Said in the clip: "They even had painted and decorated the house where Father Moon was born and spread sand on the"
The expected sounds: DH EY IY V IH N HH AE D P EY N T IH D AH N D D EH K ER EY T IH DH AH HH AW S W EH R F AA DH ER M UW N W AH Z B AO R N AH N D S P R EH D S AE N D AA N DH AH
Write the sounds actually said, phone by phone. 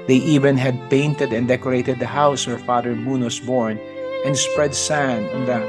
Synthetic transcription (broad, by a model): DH EY IY V IH N HH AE D P EY N T IH D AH N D D EH K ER EY T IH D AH HH AW S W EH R F AA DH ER M UW N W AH S B AO R N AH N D S P R EH D S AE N AA N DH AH